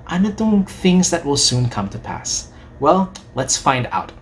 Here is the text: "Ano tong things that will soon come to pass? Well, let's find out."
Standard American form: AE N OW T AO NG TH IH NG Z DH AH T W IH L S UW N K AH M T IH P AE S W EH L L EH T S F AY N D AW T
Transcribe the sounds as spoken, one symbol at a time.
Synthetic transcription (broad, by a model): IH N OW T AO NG TH IH NG Z DH AH T W IH L S UW N K AH M T IH P AE S W EH L L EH T S F AY N D AW T